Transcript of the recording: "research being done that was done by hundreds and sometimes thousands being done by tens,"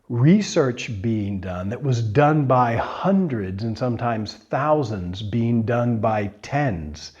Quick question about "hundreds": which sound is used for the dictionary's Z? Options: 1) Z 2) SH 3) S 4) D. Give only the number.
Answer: 1